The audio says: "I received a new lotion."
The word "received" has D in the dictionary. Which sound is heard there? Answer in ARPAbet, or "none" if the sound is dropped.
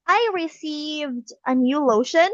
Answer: D